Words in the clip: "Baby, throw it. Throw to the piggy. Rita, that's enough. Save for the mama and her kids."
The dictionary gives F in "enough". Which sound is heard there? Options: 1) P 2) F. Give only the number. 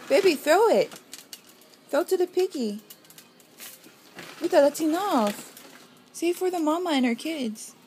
2